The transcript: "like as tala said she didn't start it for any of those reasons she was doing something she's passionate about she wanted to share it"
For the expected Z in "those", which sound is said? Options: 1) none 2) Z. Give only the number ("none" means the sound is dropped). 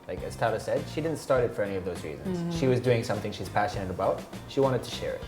2